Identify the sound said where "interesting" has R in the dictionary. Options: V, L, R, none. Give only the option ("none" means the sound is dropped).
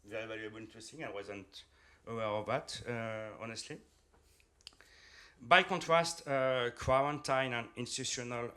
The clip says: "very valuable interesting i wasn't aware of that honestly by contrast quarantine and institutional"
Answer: none